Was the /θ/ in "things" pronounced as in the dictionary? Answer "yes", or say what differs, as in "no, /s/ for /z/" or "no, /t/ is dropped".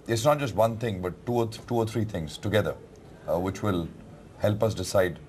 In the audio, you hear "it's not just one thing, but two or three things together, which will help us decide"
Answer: no, /t/ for /θ/